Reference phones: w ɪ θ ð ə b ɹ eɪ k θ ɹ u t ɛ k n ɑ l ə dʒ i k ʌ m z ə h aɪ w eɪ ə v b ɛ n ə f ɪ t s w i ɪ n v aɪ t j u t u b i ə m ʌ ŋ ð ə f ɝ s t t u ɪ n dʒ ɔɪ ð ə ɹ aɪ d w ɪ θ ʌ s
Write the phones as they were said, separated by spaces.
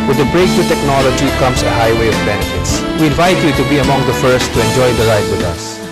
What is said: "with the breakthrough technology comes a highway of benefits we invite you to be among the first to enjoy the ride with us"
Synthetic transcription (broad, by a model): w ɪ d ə b ɹ eɪ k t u t ɛ k n ɑ l ə dʒ i k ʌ m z ə h aɪ w eɪ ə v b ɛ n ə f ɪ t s w i ɪ n v aɪ t j u t u b i ə m ʌ ŋ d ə f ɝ s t t u ɪ n dʒ ɔɪ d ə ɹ aɪ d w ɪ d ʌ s